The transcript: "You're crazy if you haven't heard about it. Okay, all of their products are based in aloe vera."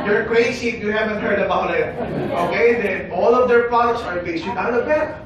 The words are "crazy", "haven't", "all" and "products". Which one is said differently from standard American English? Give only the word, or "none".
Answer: crazy